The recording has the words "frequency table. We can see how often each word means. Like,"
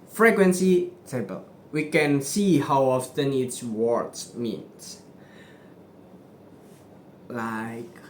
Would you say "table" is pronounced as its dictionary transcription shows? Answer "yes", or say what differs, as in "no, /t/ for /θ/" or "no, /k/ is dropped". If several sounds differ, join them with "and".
no, /s/ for /t/